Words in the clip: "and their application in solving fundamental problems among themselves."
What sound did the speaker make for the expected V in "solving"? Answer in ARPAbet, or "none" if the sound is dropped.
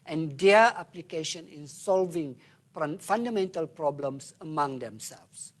V